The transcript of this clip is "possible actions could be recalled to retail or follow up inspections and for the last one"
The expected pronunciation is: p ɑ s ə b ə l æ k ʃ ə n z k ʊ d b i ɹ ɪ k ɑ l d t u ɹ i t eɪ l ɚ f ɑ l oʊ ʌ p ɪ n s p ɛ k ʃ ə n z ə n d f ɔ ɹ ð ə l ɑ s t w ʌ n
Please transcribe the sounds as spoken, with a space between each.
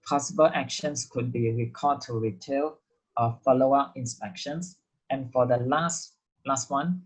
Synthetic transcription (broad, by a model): p ɑ s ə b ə l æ k ʃ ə n s k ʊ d b i ɹ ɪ k ɑ d t u ɹ i t eɪ l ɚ f ɑ l oʊ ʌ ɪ n s p ɛ k ʃ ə n s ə n f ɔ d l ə l ɑ s t w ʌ n